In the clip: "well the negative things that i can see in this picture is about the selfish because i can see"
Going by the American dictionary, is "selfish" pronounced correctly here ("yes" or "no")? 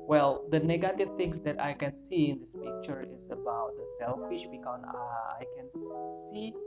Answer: yes